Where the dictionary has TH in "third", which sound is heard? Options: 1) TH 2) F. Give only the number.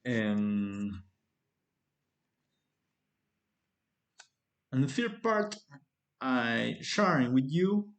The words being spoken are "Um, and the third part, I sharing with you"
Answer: 2